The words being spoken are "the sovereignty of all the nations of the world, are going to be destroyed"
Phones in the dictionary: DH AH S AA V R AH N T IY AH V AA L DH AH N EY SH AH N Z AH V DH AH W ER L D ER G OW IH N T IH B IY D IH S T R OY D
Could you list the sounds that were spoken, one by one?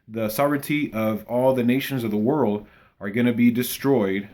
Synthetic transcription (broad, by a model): DH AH S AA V R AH N T IY AH V AA L DH AH N EY SH AH N Z AH V DH AH W ER L D ER G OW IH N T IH B IY D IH S T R OY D